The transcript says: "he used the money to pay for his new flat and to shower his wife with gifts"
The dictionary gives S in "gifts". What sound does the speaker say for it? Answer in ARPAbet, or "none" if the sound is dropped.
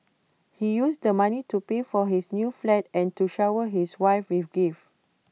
none